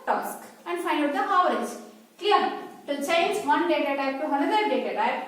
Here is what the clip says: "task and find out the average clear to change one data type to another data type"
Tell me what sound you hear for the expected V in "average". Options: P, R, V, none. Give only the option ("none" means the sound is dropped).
none